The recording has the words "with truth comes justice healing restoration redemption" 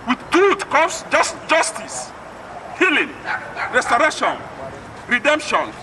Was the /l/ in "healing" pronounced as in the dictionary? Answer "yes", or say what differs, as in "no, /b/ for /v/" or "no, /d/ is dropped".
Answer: yes